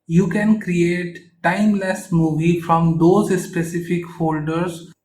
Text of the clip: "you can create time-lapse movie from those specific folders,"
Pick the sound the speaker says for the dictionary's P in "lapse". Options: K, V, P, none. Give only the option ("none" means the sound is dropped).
none